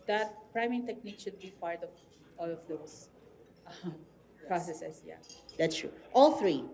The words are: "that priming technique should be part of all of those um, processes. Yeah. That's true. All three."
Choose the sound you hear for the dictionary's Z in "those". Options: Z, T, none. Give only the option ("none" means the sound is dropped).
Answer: none